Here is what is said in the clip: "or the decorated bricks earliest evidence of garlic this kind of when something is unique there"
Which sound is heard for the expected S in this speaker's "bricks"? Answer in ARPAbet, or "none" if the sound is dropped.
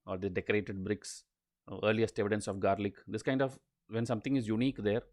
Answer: S